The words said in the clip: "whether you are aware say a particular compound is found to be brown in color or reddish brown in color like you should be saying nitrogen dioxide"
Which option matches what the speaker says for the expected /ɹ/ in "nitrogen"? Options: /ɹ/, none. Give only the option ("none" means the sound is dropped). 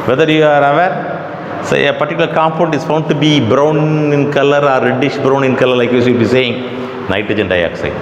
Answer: none